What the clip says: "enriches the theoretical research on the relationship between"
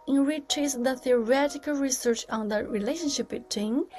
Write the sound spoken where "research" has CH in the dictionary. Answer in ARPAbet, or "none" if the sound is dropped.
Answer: CH